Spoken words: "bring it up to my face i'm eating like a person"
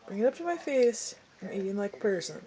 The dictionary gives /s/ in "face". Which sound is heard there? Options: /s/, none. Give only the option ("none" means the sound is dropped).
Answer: /s/